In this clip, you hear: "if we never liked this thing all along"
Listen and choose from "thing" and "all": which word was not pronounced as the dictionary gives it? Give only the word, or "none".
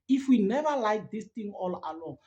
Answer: thing